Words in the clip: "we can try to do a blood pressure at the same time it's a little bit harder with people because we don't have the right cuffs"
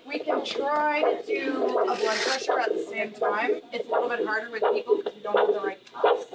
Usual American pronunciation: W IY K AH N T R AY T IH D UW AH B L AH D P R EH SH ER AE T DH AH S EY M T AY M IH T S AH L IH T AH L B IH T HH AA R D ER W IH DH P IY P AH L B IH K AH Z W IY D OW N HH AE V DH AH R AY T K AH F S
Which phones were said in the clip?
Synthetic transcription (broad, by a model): W IY K AH N T R AY T IH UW AH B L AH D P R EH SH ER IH T DH AH S EY M T AY M IH T S AH L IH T L B IH T HH AA R D ER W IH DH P IY P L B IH AH D OW N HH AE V DH AH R AY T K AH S